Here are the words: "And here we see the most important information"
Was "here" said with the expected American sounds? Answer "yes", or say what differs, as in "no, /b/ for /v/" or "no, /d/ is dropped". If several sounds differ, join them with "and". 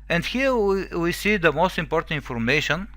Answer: no, /w/ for /ɹ/